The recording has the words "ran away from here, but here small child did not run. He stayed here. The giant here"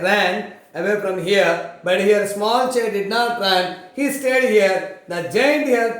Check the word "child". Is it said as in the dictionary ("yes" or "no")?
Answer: no